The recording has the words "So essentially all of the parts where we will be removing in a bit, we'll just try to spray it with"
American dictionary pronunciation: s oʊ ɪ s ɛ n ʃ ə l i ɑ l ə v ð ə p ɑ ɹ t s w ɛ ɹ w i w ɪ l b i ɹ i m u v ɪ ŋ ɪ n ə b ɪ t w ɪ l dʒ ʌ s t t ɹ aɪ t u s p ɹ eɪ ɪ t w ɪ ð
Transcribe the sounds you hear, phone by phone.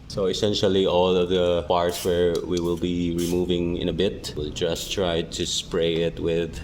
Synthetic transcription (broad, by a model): s oʊ ɪ s ɛ n ʃ ə l i ɑ l ə v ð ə p ɑ ɹ t s w ɛ ɹ w i w ɪ l b i ɹ i m u v ɪ ŋ ɪ n ə b ɪ t w ɪ l dʒ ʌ s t t ɹ aɪ t u s p ɹ eɪ ɪ t w ɪ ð